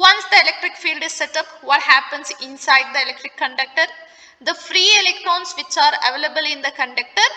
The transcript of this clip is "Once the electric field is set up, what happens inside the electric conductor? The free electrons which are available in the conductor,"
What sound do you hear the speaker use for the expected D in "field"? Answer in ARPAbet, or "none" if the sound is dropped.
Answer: D